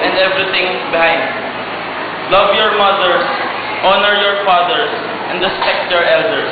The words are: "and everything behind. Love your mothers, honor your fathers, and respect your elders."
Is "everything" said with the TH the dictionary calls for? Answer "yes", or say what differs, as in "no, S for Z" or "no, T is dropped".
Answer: no, T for TH